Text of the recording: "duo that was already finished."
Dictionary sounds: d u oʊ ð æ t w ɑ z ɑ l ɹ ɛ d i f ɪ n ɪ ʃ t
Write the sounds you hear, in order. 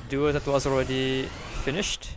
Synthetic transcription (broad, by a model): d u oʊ ð æ t w ɑ z ɑ l ɹ ɛ d i f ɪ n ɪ ʃ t